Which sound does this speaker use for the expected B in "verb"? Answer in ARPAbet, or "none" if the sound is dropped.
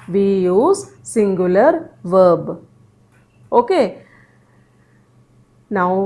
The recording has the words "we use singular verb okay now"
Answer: B